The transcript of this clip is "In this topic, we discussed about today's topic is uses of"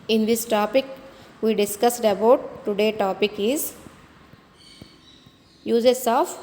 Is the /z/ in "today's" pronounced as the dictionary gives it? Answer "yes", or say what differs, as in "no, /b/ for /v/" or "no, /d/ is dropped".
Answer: no, /z/ is dropped